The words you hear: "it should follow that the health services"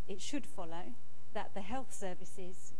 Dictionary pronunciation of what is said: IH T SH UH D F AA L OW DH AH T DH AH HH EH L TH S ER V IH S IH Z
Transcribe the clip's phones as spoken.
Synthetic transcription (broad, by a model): IH T SH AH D F AA L OW DH AH T DH AH HH EH L TH S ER V IH S IH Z